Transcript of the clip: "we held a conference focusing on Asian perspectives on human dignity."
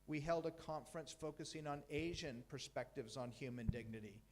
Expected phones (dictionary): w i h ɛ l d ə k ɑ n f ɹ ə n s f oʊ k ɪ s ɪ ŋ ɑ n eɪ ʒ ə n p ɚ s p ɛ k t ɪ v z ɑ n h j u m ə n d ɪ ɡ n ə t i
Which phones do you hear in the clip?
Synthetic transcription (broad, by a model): w i h ɛ l d ə k ɑ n f ɹ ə n s f oʊ k ɪ s ɪ ŋ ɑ n eɪ ʒ ə n p ɚ s p ɛ k t ɪ v z n h j u m ə n d ɪ ɡ n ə t i